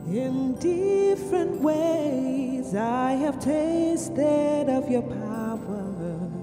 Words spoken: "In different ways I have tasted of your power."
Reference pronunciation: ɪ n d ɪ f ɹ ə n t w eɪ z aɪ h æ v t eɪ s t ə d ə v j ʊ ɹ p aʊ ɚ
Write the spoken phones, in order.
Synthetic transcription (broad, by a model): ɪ n d ɪ f ɹ ə n t w eɪ z aɪ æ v t eɪ s t ə d ə v j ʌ ɹ p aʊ ɚ